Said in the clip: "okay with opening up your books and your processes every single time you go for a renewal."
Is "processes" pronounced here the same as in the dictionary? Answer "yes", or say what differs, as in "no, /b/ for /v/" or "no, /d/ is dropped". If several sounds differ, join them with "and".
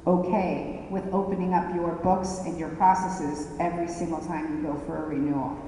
yes